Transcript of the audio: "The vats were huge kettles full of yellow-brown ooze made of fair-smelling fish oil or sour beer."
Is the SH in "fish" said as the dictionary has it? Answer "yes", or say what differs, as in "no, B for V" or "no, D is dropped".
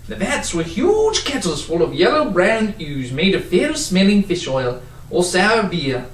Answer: yes